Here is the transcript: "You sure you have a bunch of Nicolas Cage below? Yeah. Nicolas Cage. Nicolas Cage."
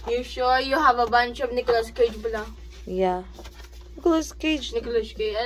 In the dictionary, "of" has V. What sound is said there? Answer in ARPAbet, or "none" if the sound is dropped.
B